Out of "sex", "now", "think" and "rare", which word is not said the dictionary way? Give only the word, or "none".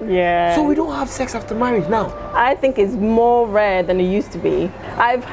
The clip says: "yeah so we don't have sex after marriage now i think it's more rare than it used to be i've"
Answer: none